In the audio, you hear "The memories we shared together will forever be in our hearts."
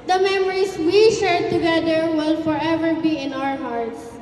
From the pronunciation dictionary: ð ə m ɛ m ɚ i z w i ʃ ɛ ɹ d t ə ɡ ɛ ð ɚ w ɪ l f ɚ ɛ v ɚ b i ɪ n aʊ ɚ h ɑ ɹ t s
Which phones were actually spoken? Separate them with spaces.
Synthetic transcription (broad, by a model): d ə m ɛ m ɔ i s w i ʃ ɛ ɹ t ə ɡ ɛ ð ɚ w ɪ l f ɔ ɛ v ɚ b i ɪ n aʊ ɚ h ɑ ɹ t s